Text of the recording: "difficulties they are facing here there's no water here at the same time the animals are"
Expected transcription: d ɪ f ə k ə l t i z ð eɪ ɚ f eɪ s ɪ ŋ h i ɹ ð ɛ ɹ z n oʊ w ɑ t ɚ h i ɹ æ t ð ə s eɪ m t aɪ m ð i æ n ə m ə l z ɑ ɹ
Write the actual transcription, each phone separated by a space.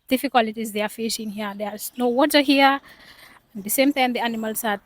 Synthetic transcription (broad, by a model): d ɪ f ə k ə l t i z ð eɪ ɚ f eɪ ʃ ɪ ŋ h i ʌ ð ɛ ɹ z n oʊ w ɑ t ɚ h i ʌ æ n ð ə s eɪ m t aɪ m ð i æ n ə m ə l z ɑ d